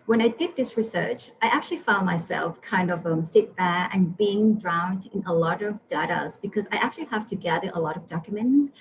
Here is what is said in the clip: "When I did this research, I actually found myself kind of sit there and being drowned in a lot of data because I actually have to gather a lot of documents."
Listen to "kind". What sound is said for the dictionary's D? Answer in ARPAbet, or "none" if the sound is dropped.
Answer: D